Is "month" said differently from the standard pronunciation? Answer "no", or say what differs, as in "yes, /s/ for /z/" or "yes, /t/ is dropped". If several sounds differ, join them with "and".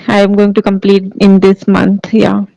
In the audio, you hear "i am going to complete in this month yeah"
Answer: yes, /t/ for /θ/